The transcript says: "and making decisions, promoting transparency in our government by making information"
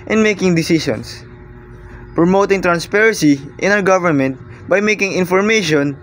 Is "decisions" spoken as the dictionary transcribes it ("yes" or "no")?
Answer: no